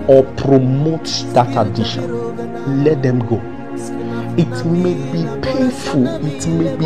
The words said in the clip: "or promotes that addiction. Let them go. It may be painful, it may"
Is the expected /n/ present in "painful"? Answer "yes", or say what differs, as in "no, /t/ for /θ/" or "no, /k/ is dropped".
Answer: no, /n/ is dropped